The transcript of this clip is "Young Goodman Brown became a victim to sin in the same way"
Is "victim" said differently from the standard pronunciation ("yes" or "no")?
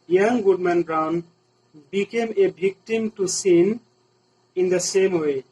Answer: yes